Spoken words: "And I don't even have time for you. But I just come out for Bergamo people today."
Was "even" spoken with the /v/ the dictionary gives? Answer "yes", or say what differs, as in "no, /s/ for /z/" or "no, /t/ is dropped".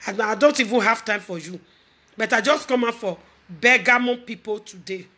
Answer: yes